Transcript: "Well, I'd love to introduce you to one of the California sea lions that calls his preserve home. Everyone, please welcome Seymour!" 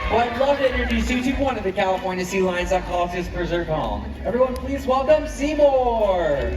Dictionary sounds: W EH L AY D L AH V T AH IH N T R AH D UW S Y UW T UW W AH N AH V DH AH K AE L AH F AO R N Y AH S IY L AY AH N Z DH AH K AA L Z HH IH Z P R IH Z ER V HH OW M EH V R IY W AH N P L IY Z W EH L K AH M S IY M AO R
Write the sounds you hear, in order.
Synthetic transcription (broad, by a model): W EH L AY D L AH V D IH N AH R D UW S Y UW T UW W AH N AH V DH AH K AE L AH F AO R N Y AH S IY L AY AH N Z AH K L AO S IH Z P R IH Z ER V HH OW M EH V R IY W AH N P L IY Z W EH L AH M S IY M AO R